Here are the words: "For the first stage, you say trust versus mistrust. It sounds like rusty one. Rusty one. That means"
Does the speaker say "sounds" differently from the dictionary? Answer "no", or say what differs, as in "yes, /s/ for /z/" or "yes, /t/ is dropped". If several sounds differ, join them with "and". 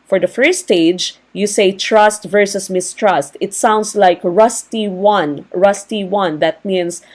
yes, /s/ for /z/